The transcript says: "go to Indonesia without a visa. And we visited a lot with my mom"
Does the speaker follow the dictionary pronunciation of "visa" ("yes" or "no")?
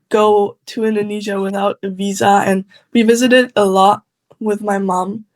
yes